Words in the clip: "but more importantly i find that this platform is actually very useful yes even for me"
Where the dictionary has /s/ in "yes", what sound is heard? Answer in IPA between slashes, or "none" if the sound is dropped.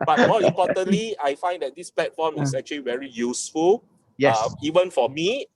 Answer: none